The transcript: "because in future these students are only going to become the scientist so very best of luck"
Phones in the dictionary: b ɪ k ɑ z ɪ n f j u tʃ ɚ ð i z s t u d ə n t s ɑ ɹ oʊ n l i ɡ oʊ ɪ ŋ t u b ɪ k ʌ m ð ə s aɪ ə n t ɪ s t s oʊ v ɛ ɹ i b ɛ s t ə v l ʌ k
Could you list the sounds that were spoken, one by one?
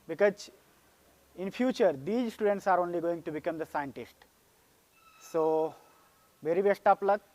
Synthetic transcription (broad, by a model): b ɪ k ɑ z ɪ n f j u tʃ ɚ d i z s t u d ə n t s ɑ ɹ oʊ n l i ɡ oʊ ɪ ŋ t u b ɪ k ʌ m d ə s aɪ ə n t ɪ s t s oʊ v ɛ ɹ i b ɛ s t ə p l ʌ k